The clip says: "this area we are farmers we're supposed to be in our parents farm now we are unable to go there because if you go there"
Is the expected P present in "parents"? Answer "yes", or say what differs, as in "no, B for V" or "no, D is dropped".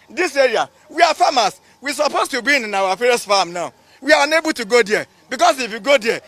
no, F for P